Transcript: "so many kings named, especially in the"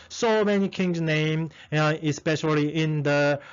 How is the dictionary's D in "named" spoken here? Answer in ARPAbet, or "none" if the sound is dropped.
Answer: none